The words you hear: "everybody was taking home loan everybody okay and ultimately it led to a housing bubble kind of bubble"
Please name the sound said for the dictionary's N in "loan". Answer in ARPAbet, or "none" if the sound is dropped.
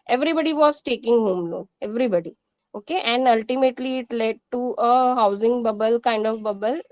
none